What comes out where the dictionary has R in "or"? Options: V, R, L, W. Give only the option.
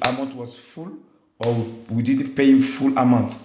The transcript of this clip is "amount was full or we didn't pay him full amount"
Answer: W